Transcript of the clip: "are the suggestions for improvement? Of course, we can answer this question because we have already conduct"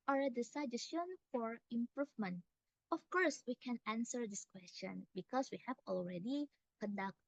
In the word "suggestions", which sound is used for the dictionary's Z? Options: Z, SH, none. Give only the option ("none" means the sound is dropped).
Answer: none